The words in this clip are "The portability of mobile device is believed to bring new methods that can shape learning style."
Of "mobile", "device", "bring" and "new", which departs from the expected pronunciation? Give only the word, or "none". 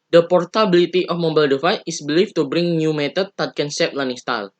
device